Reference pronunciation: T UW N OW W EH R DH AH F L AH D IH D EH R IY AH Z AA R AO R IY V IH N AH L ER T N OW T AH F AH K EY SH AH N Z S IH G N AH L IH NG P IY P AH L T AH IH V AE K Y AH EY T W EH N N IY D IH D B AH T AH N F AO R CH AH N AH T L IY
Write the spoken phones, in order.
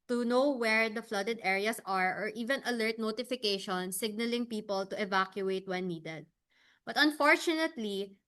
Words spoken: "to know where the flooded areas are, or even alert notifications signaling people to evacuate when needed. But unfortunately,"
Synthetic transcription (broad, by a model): T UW N OW W EH R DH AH F L AH D IH D EH R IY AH S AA R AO R IY V IH N AH L ER T N OW T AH F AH K EY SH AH N S IH G N AH L IH NG P IY P AH L T AH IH V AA K Y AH EY T W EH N N IY D IH D B AH T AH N F AO R CH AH N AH T L IY